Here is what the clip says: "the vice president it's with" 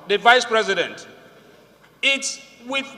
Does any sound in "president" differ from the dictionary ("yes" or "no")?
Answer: no